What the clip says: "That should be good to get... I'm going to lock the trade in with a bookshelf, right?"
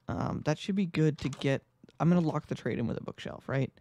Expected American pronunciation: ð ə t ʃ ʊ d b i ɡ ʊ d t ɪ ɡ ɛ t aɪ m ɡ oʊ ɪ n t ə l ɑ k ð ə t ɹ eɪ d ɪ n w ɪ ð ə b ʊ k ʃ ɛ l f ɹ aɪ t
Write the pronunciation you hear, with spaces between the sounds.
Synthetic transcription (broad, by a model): ð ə t ʃ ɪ d b i ɡ ʊ d t ɪ ɡ ɛ t aɪ m ɡ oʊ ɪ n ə l ɑ k ð ə t ɹ eɪ d ɪ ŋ w ɪ ð ə b ʊ k ʃ ɛ l f ɹ aɪ t